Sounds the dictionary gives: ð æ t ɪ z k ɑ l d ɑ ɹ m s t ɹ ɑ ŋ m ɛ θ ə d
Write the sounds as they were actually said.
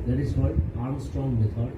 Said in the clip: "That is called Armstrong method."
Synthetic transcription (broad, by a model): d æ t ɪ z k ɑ d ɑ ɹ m s t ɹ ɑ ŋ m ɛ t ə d